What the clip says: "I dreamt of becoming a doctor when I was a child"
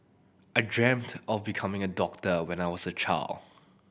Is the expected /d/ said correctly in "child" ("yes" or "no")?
no